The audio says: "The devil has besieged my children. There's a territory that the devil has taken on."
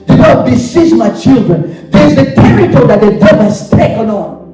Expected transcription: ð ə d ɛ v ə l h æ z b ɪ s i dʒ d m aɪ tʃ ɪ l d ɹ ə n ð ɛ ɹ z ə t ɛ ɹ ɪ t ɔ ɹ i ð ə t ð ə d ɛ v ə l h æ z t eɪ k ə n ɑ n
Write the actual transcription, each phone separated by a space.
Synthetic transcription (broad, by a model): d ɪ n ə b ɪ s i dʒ m aɪ tʃ ɪ l d ɹ ə n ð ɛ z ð ə t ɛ ɹ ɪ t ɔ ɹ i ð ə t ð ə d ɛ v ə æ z t eɪ k ə n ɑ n